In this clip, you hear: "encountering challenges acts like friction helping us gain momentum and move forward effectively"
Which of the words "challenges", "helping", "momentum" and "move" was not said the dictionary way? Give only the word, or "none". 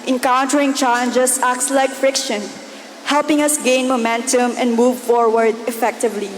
challenges